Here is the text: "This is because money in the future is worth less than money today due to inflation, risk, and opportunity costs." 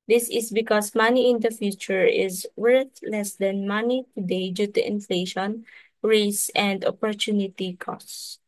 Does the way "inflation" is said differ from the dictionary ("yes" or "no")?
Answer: no